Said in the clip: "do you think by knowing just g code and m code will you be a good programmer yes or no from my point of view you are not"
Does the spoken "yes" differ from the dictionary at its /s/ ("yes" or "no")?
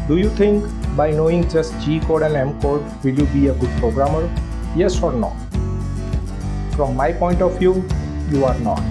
no